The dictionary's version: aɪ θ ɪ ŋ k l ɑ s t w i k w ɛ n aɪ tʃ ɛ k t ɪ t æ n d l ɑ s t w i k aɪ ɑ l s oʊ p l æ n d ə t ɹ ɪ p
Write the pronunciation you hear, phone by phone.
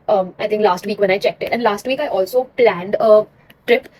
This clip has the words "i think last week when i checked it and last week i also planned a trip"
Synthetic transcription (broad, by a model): aɪ t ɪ ŋ k l ɑ s t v i k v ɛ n aɪ tʃ ɛ k t ɪ t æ n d l ɑ s t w i k aɪ ɑ l s oʊ p l æ n d ə t ɹ ɪ p